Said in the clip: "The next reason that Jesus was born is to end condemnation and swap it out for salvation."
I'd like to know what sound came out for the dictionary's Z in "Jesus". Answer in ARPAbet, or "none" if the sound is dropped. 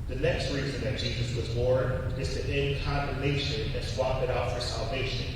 Z